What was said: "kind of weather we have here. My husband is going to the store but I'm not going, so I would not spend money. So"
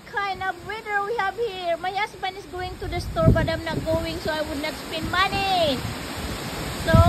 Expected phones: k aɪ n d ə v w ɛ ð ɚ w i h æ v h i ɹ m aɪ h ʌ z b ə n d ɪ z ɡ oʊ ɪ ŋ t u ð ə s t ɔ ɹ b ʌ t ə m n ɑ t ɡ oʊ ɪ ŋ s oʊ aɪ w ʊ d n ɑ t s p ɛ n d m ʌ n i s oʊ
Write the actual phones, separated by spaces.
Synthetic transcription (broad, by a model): k aɪ n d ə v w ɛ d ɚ w i h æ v h i ɹ m aɪ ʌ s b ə n ɪ s ɡ oʊ ɪ ŋ t u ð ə s t ɔ ɹ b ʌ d ə m n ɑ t ɡ oʊ ɪ ŋ s oʊ aɪ w ʊ d n ɑ t s p ɛ n d m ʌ n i s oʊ